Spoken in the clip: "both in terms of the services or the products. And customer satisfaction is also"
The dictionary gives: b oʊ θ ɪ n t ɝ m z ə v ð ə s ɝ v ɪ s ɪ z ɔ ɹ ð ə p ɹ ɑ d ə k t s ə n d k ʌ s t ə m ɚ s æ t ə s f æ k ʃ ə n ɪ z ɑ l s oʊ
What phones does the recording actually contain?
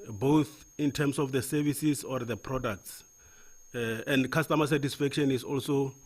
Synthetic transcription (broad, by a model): b oʊ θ ɪ n t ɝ m s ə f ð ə s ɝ v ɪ s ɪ s ɔ ɹ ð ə p ɹ ɑ d ə k t s ə n d k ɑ s t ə m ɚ s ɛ t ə s f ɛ k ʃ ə n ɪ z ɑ l s oʊ